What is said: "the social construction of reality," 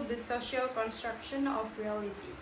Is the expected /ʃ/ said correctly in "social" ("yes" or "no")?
yes